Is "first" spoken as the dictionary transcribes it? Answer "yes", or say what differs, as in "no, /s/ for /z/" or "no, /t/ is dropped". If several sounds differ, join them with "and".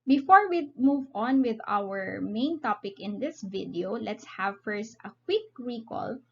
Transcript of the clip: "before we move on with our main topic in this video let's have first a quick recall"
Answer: yes